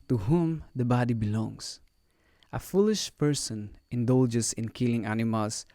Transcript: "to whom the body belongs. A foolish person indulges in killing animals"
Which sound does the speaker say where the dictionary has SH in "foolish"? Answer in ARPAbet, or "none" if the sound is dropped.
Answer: SH